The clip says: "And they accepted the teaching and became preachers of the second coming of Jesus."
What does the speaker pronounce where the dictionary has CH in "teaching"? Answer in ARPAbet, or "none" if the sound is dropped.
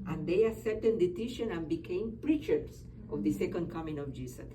SH